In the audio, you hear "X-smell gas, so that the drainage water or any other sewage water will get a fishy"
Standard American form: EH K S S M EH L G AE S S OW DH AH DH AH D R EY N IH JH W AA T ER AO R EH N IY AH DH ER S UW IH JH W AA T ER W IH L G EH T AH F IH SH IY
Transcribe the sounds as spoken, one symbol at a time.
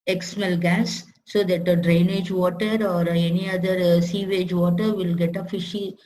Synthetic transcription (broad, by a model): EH K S S M EH L G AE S S OW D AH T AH D R EY N IH JH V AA T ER AO R EH N IY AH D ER S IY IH JH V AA T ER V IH L G EH T AH F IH SH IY